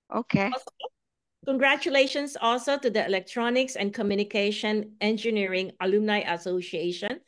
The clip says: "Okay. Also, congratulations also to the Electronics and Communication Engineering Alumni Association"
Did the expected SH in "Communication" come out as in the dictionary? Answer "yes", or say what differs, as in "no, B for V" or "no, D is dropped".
yes